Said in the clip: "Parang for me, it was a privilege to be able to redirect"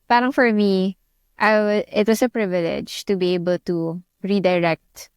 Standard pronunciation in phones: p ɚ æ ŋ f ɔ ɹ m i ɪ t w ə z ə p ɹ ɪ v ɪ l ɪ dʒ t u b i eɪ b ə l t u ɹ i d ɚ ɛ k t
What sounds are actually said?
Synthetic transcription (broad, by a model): p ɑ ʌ ŋ f ɔ ɹ m i ɪ t w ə s ə p ɹ ɪ v ɪ l ɪ dʒ t u b i eɪ b ə l t u ɹ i d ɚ ɛ k t